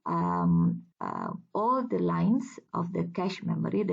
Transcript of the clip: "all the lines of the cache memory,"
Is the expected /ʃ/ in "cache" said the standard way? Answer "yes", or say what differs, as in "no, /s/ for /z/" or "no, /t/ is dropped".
yes